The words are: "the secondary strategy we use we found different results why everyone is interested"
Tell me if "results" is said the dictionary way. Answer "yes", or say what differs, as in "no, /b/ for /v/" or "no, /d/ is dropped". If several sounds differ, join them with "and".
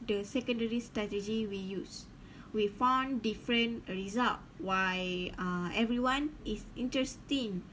no, /s/ is dropped